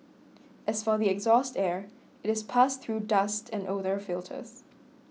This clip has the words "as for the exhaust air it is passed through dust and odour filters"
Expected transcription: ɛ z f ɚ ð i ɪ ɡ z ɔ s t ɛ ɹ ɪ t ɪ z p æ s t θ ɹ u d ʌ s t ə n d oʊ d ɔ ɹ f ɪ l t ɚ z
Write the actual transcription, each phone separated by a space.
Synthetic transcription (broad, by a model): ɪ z f ɚ ð i ɪ ɡ z ɔ s t ɛ ɹ ɪ t ɪ z p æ s θ ɹ u d ʌ s t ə n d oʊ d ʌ ɹ f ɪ l t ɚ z